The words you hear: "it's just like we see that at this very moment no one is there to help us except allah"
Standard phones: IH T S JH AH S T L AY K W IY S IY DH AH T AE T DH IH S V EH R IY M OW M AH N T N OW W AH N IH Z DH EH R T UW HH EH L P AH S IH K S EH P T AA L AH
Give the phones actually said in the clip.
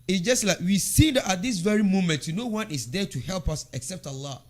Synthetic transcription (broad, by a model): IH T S JH AH S T L AY K W IY S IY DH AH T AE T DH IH S V EH R IY M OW M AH N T N OW W AH N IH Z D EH T UW HH EH L P AH S IH K S EH P T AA L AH